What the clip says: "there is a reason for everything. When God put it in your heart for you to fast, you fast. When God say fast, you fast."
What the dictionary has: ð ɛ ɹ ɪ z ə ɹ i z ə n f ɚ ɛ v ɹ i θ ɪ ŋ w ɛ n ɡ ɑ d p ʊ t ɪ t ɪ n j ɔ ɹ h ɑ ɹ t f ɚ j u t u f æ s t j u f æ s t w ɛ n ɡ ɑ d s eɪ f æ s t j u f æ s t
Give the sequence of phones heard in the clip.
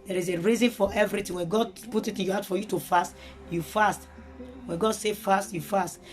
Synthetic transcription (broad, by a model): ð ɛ ɹ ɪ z ə ɹ i z ə n f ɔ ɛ v ɹ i t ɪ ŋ w ɛ n ɡ ɑ d p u t ɪ t ɪ n j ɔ h ɑ t f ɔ j u t u f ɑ s t j u f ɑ s t w ɛ n ɡ ɑ d s eɪ f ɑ s t j u f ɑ s t